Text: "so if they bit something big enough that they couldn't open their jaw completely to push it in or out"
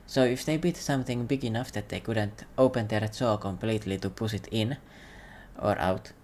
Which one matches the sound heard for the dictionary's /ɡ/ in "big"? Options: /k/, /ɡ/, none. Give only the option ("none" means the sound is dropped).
/ɡ/